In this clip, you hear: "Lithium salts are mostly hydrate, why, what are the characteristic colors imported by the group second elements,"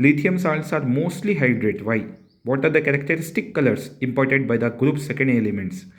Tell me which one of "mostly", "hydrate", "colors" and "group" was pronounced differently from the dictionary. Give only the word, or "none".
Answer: colors